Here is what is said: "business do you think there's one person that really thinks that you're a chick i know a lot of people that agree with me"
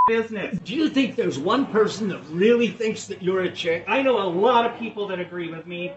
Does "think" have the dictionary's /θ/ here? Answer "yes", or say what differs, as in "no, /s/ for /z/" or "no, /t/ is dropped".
yes